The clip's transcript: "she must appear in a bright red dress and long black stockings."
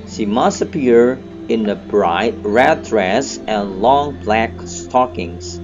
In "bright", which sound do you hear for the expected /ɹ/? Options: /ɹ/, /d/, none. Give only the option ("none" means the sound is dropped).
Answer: /ɹ/